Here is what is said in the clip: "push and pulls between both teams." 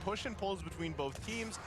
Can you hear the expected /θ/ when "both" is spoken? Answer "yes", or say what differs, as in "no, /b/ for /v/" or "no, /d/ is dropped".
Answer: yes